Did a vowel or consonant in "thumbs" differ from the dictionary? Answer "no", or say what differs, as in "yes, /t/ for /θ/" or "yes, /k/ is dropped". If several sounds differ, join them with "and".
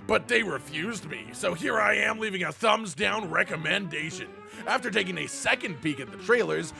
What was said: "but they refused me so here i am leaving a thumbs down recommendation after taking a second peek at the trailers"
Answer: no